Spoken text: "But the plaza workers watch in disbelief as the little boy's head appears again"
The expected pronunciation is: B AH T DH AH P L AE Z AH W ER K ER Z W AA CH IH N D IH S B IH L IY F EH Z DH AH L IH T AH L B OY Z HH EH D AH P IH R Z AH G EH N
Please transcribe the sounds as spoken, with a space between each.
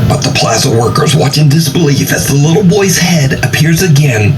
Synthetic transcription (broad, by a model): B AH T DH AH P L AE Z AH W ER K ER Z W AA CH IH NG D IH S B IH L IY F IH Z DH AH L IH T L B OY Z HH EH D AH P IH R Z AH G EH N